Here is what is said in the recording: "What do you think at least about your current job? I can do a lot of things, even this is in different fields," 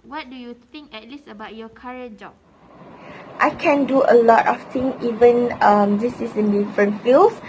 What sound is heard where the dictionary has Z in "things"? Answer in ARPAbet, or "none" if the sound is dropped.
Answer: none